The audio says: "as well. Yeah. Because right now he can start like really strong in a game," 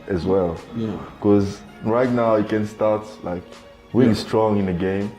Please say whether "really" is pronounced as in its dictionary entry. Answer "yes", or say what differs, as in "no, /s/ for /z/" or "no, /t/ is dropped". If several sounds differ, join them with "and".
no, /w/ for /ɹ/